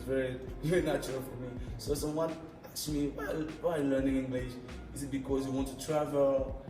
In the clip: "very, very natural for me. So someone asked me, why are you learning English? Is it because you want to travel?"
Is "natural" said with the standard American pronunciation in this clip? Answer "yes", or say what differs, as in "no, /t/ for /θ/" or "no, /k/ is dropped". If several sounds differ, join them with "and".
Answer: no, /ɹ/ is dropped